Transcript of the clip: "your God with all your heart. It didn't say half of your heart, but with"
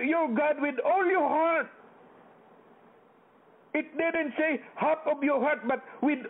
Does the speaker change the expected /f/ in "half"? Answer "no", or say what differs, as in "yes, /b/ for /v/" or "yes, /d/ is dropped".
yes, /p/ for /f/